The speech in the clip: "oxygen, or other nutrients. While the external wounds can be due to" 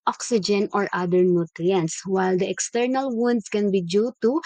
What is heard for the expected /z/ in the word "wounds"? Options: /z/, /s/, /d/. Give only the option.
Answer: /s/